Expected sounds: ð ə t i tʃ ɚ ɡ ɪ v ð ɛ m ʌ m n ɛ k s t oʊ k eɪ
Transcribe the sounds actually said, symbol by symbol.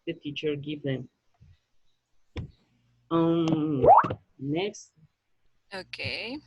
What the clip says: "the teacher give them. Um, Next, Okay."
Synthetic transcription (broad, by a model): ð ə t i tʃ ɚ ɡ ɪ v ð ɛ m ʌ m n ɛ k s t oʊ k eɪ